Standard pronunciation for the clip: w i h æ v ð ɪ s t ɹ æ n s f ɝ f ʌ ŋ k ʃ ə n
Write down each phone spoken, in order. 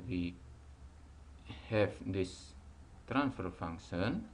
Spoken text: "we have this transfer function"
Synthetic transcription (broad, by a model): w i h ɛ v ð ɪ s t ɹ æ n s f ɝ f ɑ ŋ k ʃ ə n